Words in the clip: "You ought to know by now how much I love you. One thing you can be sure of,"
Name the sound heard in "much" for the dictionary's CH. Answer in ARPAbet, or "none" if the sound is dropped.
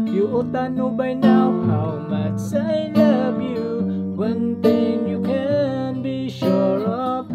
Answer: S